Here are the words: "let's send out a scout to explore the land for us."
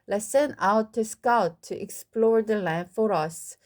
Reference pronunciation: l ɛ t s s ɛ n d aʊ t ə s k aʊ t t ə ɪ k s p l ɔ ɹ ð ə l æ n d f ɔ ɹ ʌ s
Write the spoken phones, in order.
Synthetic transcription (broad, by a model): l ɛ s s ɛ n aʊ t ə s k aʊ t t ə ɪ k s p l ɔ ɹ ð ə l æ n f ɔ ɹ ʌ s